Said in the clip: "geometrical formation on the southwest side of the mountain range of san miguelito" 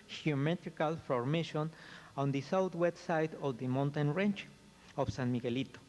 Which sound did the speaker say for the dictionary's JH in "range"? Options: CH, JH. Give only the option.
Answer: CH